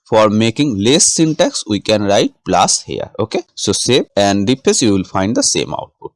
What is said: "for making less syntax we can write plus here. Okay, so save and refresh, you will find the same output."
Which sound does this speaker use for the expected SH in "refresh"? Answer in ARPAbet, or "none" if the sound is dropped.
S